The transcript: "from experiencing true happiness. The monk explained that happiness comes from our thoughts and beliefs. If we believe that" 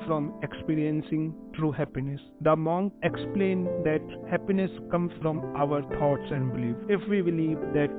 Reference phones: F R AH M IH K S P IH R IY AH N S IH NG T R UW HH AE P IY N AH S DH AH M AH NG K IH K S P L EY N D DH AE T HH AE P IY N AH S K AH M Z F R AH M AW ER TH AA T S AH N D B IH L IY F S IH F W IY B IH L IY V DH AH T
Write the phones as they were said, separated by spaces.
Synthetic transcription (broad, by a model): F R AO M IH K S P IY R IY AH N S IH NG T R UW HH AE P IY N AH S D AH M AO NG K IH K S P L EY N D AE T HH AE P IY N AH S K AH M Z F R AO M AW ER T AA T S AH N D B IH L IY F IH F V IY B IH L IY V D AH T